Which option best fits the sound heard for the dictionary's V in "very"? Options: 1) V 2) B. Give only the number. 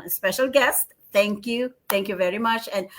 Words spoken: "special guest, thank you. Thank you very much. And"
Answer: 1